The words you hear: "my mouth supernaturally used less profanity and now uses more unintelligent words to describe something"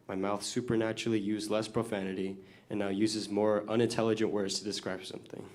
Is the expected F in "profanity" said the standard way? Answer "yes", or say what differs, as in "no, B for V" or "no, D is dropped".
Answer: yes